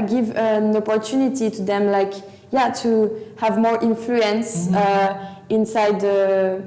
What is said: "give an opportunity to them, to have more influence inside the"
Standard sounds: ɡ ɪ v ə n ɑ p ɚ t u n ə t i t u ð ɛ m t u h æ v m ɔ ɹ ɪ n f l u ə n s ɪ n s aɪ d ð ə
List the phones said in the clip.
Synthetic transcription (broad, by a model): ɡ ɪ v ə n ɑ p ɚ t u n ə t i t u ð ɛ m t u h æ v m ɔ ɹ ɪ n f l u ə n s ɪ n s aɪ d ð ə